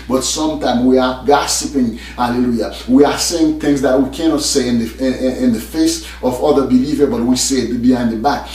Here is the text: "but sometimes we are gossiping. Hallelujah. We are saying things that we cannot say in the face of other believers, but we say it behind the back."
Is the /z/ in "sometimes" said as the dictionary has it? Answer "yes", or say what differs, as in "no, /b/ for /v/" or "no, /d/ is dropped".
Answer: no, /z/ is dropped